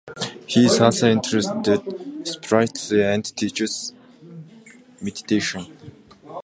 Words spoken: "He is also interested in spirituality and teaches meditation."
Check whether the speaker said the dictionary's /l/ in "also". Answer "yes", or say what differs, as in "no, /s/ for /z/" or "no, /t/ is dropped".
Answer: no, /l/ is dropped